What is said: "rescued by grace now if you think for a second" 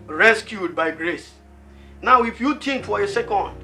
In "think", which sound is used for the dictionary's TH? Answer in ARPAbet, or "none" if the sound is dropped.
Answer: T